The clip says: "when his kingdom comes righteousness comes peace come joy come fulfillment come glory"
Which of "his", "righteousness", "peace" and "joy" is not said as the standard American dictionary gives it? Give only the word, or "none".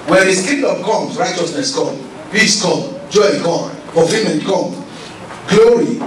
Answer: his